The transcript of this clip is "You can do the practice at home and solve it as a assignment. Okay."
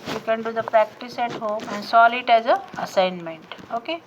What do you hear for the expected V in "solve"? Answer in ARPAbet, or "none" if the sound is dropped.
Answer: none